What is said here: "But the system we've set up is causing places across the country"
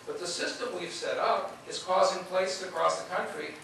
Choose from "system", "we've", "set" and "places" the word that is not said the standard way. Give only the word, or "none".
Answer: places